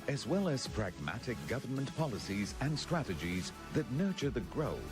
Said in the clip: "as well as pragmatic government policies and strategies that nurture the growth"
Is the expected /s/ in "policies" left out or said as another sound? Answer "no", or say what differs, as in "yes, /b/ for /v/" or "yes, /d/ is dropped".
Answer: no